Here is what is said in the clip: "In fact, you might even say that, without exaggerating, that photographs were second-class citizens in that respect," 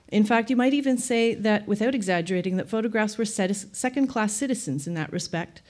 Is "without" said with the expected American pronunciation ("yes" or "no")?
yes